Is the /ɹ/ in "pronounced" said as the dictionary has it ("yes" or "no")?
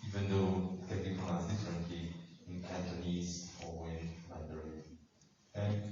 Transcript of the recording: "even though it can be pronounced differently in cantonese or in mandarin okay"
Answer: no